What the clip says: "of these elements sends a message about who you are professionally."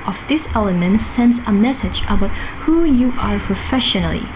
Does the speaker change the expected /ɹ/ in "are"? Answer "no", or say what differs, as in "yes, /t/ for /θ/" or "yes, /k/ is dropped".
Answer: no